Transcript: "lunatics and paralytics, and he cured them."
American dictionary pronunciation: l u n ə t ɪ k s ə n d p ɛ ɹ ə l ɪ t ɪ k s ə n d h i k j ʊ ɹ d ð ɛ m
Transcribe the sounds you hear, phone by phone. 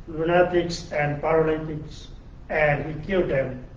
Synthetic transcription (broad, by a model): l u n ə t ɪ k s ə n d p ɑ ɹ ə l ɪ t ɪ k s ə n d h i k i l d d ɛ m